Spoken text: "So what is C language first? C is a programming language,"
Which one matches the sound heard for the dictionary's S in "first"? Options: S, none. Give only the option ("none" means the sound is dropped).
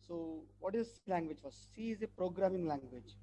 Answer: none